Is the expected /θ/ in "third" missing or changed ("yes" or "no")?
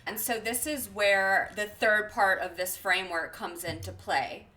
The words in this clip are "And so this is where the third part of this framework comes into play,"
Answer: no